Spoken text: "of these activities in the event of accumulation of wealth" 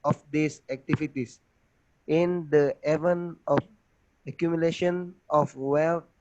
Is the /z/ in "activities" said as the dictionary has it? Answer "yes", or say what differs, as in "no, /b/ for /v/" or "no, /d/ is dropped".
no, /s/ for /z/